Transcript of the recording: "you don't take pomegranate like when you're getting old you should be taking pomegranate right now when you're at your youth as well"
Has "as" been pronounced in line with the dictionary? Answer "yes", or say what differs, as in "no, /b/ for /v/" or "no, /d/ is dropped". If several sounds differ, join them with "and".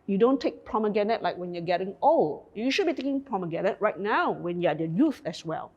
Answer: no, /s/ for /z/